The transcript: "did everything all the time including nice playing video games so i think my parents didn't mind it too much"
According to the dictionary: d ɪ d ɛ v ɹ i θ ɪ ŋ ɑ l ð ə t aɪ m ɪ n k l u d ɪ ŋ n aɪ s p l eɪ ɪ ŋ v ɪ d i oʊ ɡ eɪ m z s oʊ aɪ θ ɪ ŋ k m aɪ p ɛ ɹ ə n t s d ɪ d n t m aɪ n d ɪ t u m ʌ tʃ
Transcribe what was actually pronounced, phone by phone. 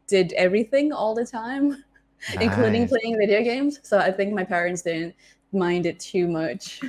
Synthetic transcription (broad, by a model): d ɪ d ɛ v ɹ i θ ɪ ŋ ɑ l ð ə t aɪ m ɪ n k l u d ɪ ŋ p l eɪ ɪ ŋ v ɪ d i oʊ ɡ eɪ m z s oʊ aɪ θ ɪ ŋ k m aɪ p ɛ ɹ ə n t s d ɪ d n t m aɪ n d ɪ t u m ʌ tʃ